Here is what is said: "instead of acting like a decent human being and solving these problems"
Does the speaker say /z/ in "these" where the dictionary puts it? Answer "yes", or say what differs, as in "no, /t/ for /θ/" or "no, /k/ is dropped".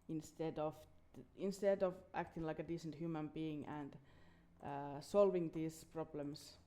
no, /s/ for /z/